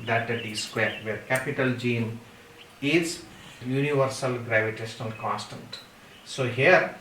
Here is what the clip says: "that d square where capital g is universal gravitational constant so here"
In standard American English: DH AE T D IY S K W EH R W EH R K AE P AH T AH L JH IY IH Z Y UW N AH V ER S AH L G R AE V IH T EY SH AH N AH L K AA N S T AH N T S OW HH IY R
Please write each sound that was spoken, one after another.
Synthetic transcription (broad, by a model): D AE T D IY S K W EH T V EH R K AE P AH T AH L JH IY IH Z Y UW N AH V ER S AH L G R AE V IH T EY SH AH N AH L K AA N S T AH N T S OW HH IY R